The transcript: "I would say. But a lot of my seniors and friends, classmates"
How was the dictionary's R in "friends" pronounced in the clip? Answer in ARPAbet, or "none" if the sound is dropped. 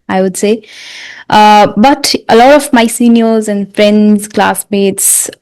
R